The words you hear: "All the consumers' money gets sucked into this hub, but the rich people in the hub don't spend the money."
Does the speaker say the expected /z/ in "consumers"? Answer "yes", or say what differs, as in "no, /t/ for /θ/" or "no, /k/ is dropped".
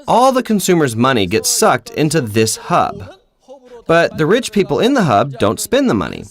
yes